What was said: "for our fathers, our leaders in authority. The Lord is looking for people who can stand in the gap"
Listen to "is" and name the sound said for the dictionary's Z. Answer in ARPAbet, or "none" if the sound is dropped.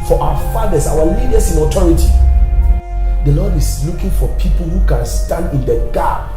S